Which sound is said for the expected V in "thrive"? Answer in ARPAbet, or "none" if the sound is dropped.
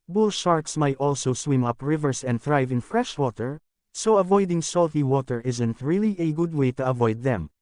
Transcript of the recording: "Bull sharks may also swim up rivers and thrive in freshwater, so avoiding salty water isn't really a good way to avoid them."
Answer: V